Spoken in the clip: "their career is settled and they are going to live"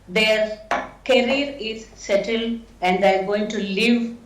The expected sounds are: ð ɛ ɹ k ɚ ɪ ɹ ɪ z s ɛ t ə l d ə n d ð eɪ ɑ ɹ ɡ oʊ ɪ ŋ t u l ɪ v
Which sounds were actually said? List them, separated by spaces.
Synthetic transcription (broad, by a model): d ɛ ɹ k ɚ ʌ ɹ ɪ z s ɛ t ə l ə n d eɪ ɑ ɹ ɡ oʊ ɪ ŋ t u l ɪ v